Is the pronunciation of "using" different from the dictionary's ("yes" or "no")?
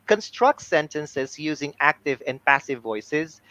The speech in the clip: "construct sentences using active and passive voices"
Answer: no